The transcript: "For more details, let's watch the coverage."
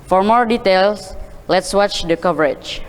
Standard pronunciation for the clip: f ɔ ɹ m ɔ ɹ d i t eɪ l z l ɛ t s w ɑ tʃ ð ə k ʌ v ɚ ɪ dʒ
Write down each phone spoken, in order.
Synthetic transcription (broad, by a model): f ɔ ɹ m ɔ ɹ d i t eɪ l s l ɛ t s w ɑ tʃ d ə k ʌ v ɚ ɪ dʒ